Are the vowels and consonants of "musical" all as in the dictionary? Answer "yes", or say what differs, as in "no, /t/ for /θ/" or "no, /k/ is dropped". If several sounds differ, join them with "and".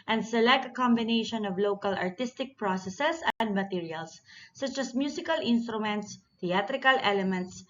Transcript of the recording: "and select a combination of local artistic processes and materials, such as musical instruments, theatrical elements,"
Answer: no, /s/ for /z/